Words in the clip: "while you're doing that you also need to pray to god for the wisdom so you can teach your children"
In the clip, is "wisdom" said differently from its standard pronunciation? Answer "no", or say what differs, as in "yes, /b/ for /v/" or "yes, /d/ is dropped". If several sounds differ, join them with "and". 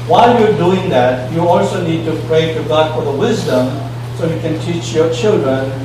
no